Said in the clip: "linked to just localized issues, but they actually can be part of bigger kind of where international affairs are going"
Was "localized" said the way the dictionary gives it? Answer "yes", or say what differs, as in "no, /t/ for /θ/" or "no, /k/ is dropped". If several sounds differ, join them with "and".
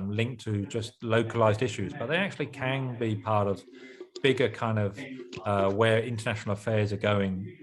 yes